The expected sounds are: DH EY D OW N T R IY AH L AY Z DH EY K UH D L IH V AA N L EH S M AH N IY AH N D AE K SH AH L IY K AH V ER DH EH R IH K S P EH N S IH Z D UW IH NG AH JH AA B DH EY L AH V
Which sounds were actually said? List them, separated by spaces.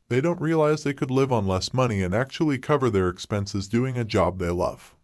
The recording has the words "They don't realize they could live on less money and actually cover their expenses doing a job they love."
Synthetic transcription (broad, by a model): DH EY D OW N T R IY AH L AY Z DH EY K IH D L IH V N L EH S M AH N IY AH N AE K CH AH L IY K AH V ER DH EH R IH K S P EH N S IH Z D UW IH NG AH JH AA B DH EY L AH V